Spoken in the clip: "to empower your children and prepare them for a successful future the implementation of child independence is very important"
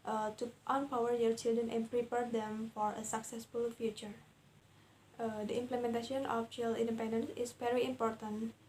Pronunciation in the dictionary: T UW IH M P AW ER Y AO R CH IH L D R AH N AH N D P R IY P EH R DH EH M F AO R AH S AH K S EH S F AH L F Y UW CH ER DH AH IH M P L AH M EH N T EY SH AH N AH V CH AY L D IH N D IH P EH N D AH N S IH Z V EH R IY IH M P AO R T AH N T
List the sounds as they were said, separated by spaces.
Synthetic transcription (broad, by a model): T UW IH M P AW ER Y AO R CH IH L D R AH N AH N P R IY P EH R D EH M F AO R AH S AH K S EH S F AH L F Y UW CH ER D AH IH M P L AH M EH N T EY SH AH N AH F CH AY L IH N D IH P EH N D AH N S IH S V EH R IY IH M P AO R T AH N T